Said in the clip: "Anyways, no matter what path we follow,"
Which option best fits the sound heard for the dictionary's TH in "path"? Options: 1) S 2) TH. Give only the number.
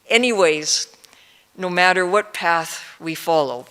2